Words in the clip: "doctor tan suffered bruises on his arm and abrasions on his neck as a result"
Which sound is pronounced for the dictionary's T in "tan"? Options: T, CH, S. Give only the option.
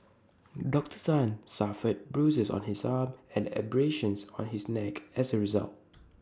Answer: S